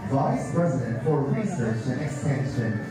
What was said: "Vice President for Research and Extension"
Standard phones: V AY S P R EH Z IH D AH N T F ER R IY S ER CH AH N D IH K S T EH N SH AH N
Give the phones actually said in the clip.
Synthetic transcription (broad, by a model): V AY S P R EH Z IH D AH N T F ER R IY S ER CH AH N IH K S T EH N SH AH N